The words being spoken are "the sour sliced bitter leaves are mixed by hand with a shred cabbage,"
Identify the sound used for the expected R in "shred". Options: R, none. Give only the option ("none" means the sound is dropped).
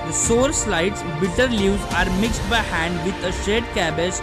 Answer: none